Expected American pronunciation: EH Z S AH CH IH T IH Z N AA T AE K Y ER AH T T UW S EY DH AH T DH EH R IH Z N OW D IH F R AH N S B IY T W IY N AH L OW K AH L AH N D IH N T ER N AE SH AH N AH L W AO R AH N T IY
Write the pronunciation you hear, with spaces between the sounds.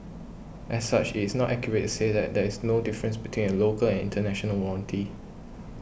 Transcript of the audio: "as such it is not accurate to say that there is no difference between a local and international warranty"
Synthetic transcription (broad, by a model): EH S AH CH IH T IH S N AA T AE K Y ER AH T T UW S EY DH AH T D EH R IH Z N OW D IH F R AH N S B IY T W IY N AH L OW K AH L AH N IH N T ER N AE SH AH N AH L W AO L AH N T IY